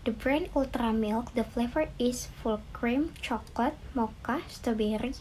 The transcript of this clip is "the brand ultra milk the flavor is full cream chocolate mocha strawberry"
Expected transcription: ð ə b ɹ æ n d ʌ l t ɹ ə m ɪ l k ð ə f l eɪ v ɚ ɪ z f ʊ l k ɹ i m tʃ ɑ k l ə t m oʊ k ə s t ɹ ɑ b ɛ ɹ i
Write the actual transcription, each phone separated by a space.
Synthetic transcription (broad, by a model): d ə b ɹ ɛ n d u l t ɹ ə m ɪ l k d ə f l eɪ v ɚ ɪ s f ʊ l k ɹ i m tʃ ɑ k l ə t m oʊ k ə s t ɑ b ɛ ɹ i